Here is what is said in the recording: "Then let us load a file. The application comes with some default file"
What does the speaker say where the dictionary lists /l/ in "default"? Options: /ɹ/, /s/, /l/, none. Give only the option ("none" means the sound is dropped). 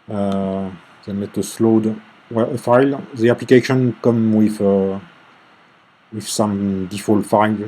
/l/